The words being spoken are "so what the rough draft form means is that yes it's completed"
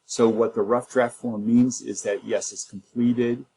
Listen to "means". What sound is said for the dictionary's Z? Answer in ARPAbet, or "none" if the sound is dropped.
Z